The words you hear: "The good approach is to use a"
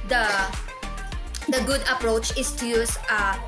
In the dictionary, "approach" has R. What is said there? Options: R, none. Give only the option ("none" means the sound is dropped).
R